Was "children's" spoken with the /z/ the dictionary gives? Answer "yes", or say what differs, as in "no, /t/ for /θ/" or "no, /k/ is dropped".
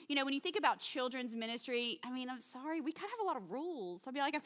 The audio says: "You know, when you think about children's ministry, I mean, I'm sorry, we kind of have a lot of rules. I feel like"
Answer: yes